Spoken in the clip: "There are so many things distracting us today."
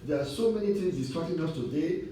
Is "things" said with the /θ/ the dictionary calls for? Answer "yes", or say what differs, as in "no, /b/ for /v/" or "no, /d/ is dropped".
no, /t/ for /θ/